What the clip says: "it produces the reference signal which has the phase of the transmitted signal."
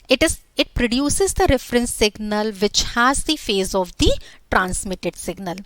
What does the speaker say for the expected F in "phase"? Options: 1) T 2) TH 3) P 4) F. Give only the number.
4